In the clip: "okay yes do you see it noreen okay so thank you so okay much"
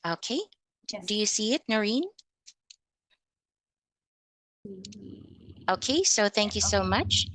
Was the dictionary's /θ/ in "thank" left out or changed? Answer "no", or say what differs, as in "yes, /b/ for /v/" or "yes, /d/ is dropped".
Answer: no